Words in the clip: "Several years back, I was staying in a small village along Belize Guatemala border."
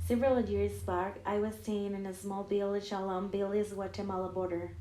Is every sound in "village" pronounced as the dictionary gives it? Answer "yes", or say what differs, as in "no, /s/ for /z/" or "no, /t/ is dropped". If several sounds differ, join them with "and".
no, /b/ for /v/ and /ʃ/ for /dʒ/